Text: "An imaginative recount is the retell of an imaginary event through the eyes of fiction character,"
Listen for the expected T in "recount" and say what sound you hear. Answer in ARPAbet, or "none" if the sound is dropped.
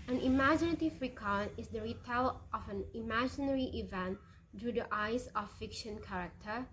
none